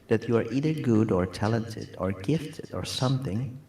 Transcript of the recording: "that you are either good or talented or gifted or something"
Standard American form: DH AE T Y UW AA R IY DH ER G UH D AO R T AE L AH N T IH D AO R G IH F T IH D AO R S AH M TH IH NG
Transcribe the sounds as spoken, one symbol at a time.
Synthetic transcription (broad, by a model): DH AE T Y UW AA R IY DH ER G UH D AO R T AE L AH N T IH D AO R G IH F T IH D AO R S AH M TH IH NG